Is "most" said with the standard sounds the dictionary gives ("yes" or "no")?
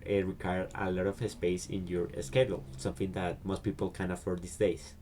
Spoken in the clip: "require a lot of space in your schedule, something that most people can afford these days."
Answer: yes